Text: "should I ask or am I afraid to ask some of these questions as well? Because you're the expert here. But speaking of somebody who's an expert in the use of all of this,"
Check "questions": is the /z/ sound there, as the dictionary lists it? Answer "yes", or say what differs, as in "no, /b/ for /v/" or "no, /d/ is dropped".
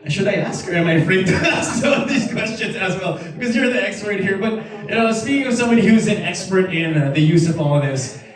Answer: yes